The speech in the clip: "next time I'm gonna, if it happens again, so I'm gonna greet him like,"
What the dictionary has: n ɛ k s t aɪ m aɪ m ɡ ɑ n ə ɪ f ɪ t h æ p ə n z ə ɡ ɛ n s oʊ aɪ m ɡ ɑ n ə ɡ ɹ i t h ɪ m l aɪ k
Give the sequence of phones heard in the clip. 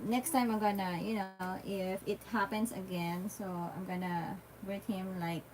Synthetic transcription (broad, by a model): n ɛ k s t aɪ m aɪ m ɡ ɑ n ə ɪ f ɪ t h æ p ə n s ə ɡ ɛ n s oʊ aɪ m ɡ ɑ n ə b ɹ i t h ɪ m l aɪ k